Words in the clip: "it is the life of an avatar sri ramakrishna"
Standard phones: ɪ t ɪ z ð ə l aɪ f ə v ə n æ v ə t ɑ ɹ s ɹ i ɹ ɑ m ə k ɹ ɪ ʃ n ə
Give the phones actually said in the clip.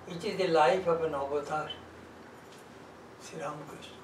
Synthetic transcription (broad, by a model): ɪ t ɪ z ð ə l aɪ f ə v ə n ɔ b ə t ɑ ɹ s i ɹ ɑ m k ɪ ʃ